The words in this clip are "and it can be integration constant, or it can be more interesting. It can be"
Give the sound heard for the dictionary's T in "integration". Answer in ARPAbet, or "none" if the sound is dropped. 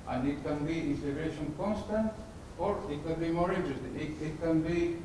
S